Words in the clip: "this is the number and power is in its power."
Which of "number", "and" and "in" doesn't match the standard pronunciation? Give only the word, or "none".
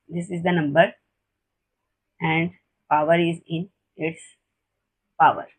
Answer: none